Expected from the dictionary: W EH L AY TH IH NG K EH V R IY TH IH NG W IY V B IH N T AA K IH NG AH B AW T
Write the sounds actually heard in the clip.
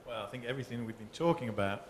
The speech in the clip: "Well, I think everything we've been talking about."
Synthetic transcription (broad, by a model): W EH L AY TH IH NG K EH V R IY TH IH NG W IY V B IH N T AA K IH NG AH B AW T